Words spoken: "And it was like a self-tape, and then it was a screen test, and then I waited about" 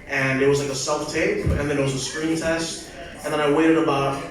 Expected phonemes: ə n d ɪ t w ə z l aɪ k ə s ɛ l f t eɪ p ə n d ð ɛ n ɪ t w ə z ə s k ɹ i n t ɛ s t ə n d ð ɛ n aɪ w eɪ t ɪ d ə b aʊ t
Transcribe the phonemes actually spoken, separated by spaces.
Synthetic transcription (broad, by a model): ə n ɪ t w ə z l aɪ k ə s ɛ l f t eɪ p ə n ð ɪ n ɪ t w ə z ə s k ɹ i n t ɛ s t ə n ð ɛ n aɪ w eɪ t ɪ d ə b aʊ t